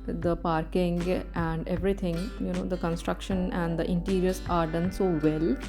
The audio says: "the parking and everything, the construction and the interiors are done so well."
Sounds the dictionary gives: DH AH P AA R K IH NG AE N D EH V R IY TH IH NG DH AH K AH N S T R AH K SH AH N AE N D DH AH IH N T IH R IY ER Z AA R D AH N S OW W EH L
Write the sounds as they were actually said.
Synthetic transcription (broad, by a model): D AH P AA R K IH NG AE N D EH V R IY T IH NG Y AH K AH N S T R AH K SH AH N AE N D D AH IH N T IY R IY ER S AA R D AH N S OW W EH L